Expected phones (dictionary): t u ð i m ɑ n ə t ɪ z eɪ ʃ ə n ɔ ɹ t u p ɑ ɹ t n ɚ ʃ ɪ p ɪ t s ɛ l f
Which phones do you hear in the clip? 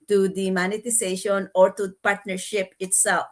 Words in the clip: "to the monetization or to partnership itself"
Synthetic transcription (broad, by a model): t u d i m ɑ n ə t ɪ s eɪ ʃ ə n ɔ ɹ t u p ɑ ɹ t n ɚ ʃ ɪ p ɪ t s ɛ l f